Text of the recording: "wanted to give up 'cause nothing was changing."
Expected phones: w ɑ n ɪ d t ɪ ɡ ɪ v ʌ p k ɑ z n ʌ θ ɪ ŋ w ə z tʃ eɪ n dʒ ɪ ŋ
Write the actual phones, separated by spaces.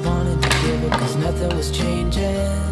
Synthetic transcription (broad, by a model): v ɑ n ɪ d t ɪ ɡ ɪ ʌ k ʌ z n ʌ θ ɪ ŋ w ə z tʃ eɪ n dʒ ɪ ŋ